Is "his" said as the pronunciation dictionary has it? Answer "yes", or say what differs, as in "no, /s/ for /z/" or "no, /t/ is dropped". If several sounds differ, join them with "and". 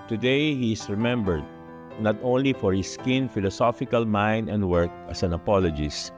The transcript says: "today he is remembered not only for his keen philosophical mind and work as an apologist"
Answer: no, /s/ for /z/